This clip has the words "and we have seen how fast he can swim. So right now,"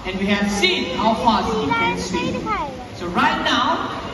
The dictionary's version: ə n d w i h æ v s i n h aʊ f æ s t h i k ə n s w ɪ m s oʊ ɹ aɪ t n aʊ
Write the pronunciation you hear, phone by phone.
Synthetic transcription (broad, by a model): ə n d w i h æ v s i n h aʊ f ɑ t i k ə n s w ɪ s oʊ ɹ aɪ t n aʊ